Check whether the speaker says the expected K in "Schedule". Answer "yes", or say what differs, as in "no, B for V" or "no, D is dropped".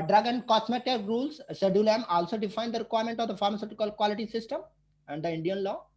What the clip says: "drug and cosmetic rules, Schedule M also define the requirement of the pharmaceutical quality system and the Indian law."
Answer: no, K is dropped